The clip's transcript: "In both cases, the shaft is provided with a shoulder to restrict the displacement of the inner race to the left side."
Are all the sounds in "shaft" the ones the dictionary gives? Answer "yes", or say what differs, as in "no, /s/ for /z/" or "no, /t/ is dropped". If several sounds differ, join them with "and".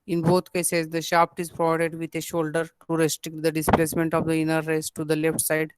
no, /p/ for /f/